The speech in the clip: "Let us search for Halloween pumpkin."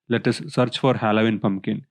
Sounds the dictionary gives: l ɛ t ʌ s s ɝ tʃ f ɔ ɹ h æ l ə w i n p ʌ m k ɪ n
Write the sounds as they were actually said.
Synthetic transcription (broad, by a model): l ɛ t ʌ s s ɝ tʃ f ɔ ɹ h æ l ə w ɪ n p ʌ m k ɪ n